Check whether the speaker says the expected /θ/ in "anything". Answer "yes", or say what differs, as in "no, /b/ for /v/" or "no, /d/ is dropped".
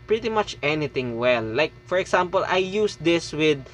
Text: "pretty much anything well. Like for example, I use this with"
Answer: no, /t/ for /θ/